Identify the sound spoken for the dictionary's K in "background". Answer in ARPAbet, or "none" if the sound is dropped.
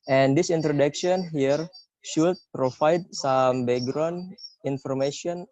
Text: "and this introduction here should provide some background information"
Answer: none